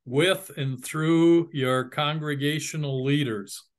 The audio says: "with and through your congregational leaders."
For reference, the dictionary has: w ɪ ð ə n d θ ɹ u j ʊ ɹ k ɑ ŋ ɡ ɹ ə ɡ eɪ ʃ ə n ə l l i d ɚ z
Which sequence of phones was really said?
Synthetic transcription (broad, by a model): w ɪ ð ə n θ ɹ u j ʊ ɹ k ɑ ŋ ɡ ɹ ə ɡ eɪ ʃ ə n l l i d ɚ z